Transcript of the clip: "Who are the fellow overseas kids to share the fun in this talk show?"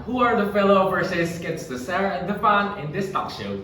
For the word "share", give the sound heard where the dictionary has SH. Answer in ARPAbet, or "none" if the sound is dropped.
S